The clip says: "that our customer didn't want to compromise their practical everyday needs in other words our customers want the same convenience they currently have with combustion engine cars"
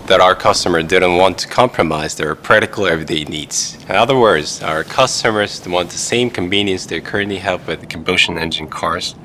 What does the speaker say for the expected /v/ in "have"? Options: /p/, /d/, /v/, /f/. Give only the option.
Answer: /p/